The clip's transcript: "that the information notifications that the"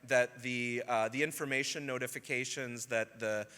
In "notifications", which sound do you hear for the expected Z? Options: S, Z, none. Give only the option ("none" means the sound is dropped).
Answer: Z